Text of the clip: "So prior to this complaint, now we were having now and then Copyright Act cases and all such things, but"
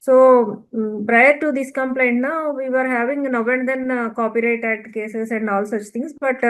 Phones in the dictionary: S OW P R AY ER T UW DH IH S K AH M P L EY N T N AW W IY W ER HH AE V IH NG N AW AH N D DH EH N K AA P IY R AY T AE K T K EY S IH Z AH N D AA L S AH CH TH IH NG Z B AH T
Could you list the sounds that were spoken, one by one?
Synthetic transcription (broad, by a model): S OW P R AY ER T UW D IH S K AH M P L EY N T N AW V IY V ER HH AE V IH NG N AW AH N D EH N K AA P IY R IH T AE T K EY S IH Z AH N D AA L S AH CH T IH NG S B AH T